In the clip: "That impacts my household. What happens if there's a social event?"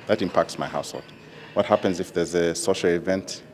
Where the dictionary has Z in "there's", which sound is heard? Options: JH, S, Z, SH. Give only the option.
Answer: Z